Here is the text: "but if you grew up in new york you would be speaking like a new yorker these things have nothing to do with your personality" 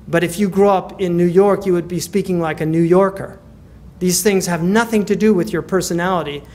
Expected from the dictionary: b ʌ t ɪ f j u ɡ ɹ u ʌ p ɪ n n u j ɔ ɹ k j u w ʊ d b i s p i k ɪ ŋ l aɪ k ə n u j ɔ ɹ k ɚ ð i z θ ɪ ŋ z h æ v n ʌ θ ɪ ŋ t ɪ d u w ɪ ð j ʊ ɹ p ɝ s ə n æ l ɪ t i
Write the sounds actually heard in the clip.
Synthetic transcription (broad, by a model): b ʌ t ɪ f j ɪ ɡ ɹ u ʌ p ɪ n n u j ɔ ɹ k j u w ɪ d b i s p i k ɪ ŋ l aɪ k ə n u j ɔ ɹ k ɚ ð i z θ ɪ ŋ z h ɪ v n ʌ θ ɪ ŋ t ɪ d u w ɪ ð j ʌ ɹ p ɝ s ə n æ l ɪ t i